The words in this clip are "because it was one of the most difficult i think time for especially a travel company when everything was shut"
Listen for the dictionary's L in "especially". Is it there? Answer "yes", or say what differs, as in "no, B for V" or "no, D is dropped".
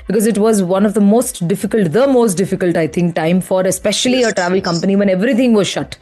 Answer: yes